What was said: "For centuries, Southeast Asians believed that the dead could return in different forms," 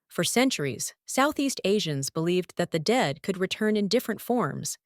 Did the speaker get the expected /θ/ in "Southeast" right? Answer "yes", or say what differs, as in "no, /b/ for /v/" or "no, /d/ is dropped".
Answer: yes